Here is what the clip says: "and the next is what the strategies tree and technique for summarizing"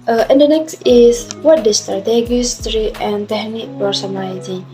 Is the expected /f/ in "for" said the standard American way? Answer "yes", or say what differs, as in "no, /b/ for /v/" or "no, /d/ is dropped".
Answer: no, /p/ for /f/